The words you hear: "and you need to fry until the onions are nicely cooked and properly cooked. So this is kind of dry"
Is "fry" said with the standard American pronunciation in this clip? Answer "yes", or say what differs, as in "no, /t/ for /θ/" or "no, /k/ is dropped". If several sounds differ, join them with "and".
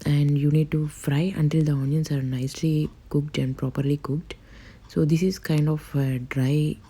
yes